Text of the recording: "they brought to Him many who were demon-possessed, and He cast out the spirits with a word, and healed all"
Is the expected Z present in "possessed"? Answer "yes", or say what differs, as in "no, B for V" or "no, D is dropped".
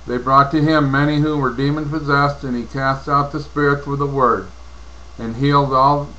yes